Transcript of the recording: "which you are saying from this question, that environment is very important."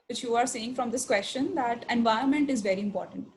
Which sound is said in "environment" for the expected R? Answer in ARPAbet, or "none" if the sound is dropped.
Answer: none